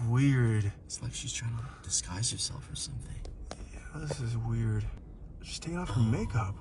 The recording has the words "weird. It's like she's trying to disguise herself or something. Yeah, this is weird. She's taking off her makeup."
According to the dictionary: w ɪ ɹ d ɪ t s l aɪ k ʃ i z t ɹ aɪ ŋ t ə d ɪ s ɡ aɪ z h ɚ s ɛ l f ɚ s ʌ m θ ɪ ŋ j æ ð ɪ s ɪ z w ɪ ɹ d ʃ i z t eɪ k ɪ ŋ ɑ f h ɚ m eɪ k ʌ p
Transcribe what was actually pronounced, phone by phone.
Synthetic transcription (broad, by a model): w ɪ ɹ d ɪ t s l aɪ k ʃ i z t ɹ aɪ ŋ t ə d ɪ s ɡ aɪ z h ɚ s ɛ l f ɚ s ʌ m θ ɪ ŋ j æ ð ɪ s ɪ z w ɪ ɹ d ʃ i s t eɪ ɪ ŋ ɑ f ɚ m eɪ k ʌ p